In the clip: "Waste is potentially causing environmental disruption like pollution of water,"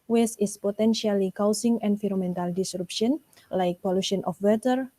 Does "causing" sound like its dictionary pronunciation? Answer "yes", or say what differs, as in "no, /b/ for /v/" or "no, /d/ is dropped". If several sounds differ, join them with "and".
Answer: no, /s/ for /z/